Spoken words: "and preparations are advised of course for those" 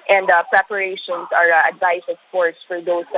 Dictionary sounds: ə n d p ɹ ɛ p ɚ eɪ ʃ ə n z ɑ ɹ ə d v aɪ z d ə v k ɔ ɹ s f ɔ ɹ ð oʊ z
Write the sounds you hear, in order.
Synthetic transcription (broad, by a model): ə n d p ɹ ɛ p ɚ eɪ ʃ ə n s ɑ ɹ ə d v aɪ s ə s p ɔ ɹ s f ɔ ɹ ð oʊ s